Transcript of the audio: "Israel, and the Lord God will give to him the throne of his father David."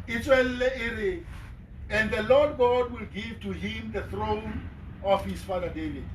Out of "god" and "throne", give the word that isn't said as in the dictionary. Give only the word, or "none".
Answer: none